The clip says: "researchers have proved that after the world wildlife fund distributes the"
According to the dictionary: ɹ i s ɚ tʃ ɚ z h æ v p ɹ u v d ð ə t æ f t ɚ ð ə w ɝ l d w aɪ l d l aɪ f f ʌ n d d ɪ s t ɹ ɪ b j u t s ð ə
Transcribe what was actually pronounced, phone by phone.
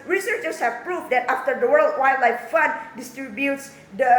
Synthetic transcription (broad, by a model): ɹ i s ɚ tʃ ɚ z h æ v p ɹ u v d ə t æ f t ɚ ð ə w ɝ l d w aɪ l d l aɪ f f ʌ n d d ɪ s t ɹ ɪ b j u t s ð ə